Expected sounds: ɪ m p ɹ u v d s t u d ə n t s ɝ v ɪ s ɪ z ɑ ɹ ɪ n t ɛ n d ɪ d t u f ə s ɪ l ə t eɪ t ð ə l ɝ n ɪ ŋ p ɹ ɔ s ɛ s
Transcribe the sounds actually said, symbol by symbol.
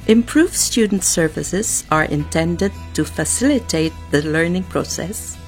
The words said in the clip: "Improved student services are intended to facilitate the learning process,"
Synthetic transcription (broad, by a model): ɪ m p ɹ u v s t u d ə n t s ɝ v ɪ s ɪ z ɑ ɹ ɪ n t ɛ n d ɪ d t u f ə s ɪ l ə t eɪ t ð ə l ɝ n ɪ ŋ p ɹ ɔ s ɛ s